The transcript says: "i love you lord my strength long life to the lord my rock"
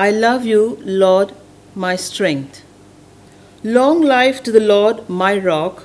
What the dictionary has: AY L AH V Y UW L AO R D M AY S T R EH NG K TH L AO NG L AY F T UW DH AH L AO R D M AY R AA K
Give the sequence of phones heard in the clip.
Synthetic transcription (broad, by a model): AY L AH V Y UW L AO D M AY S T R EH NG K T L AO NG L AY F T UW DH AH L AO D M AY R AA K